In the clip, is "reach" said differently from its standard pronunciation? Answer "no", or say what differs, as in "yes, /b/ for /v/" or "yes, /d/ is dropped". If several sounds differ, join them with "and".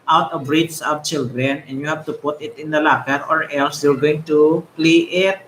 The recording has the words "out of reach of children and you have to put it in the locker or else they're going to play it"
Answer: yes, /s/ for /tʃ/